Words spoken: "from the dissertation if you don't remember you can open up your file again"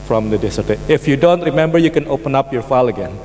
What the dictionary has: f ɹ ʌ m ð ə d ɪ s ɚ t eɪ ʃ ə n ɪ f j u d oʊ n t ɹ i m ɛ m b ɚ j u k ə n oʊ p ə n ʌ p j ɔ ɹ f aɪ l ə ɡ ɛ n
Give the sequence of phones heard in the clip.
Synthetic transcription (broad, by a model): f ɹ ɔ m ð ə d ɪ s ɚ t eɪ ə ɪ f j u d oʊ n t ɹ i m ɛ m b ɚ j u k ə n oʊ p ə n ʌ p j ɔ ɹ f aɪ l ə ɡ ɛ n